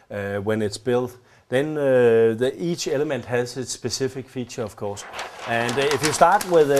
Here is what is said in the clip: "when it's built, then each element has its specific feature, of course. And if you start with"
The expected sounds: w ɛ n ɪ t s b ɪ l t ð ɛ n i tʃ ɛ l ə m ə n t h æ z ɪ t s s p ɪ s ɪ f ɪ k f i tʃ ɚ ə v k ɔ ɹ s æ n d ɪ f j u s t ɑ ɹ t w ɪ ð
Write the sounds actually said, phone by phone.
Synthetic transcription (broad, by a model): w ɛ n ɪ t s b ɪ l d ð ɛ n i tʃ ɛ l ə m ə n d h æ s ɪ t s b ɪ s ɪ f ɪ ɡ f i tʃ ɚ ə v k ɔ s æ n d ɪ f j u s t ɑ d w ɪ ð